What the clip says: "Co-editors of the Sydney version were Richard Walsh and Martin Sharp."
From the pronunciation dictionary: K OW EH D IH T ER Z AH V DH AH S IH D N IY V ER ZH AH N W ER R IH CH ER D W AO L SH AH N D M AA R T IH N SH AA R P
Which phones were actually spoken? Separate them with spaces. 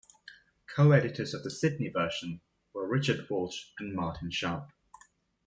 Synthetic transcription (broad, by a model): K OW EH D IH T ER Z AH V DH AH S IH D N IY V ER SH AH N W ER R IH CH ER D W AO L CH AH N M AA T IH N SH AA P